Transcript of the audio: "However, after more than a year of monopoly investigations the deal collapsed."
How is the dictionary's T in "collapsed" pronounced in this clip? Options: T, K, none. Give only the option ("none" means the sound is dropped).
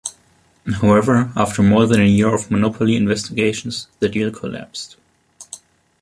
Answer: T